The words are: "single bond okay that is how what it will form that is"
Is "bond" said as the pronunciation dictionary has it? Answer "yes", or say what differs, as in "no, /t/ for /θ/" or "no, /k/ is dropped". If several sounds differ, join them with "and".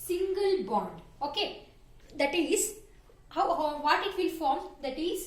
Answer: yes